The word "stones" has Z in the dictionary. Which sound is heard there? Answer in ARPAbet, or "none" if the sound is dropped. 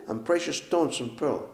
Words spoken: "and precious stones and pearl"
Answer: S